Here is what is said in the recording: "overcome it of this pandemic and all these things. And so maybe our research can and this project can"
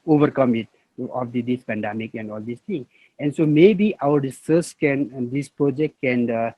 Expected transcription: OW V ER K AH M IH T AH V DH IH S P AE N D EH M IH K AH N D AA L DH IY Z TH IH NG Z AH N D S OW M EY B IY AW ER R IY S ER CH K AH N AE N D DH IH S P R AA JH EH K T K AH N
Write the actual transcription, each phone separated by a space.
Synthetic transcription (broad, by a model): OW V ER K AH M IH T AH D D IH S P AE N D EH M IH K AH N D AA L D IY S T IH NG AH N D S OW M EY B IY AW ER R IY S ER S K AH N N D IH S P R AA JH EH K T K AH N